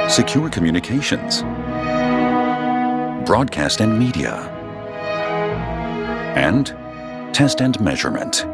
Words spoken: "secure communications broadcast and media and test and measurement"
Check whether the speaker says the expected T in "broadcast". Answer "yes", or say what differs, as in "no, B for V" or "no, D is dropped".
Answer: yes